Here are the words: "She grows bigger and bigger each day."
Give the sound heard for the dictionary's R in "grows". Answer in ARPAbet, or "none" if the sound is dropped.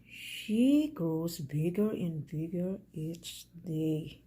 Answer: none